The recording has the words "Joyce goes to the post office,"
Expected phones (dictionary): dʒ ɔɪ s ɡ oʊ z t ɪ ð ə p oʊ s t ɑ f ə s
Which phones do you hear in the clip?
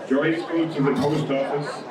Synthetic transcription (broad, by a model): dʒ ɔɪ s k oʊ t ɪ ð ə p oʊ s t ɑ f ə s